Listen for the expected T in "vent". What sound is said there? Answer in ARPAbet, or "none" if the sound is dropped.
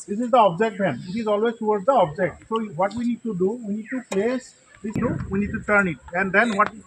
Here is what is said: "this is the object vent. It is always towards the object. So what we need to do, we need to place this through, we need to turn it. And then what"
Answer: none